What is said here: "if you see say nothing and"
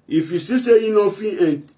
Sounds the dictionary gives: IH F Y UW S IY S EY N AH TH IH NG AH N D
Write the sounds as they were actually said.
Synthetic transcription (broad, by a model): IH F Y UW S IY S EY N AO F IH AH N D